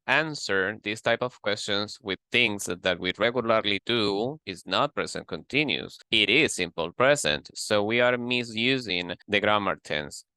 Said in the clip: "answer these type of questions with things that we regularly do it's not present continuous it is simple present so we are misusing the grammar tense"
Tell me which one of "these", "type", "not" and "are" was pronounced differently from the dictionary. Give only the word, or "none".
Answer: these